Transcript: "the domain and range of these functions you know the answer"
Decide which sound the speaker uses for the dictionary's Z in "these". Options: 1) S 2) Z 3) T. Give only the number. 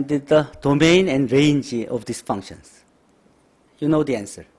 1